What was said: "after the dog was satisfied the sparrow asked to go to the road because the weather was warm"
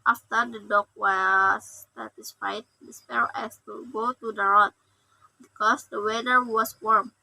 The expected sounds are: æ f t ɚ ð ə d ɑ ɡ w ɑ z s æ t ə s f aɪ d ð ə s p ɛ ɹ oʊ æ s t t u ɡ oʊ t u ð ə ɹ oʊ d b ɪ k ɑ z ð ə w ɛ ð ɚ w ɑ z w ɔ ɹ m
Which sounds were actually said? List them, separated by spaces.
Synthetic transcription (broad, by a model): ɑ f t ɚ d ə d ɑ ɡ w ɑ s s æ t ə s f aɪ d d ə s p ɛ l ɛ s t t u ɡ oʊ t u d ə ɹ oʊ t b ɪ k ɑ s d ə w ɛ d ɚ w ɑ s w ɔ ɹ m